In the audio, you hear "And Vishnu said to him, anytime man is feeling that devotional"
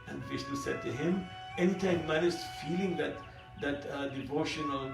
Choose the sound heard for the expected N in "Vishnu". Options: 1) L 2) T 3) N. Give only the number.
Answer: 1